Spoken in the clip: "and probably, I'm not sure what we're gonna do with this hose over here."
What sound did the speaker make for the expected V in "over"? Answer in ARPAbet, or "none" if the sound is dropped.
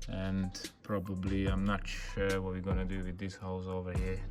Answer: V